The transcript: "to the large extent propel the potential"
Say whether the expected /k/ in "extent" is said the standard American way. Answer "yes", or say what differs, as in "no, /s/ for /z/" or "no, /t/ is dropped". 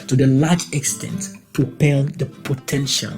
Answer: yes